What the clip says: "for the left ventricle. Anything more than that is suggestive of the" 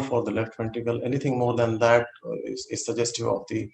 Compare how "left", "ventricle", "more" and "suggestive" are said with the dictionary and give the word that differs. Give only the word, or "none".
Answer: ventricle